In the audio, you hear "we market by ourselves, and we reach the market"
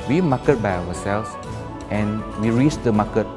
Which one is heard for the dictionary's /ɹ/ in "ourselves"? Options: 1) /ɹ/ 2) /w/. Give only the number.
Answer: 2